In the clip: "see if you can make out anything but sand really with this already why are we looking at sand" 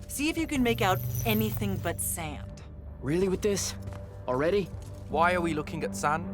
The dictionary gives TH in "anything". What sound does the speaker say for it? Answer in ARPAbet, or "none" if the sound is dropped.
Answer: TH